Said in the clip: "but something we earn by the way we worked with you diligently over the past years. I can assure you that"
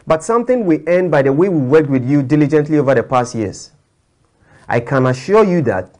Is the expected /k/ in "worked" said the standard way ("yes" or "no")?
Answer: yes